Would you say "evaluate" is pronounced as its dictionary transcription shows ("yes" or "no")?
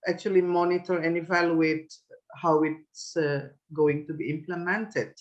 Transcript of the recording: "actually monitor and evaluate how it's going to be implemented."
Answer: yes